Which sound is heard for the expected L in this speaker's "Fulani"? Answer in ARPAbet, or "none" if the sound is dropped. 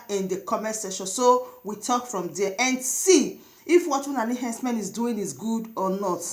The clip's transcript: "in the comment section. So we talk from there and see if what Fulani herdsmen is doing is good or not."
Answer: N